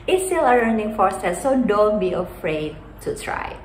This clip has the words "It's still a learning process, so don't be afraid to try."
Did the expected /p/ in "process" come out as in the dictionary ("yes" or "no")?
no